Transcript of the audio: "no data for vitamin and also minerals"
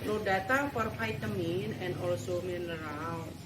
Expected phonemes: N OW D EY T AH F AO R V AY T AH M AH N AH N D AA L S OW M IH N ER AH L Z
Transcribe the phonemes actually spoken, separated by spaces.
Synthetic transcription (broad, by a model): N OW D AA T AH F AO R F AY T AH M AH N AH N D AA L S OW M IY N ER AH L